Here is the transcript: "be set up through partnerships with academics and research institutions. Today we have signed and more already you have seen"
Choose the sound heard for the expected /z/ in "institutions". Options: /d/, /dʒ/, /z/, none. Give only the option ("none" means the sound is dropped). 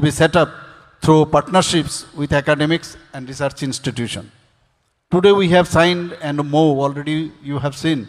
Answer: none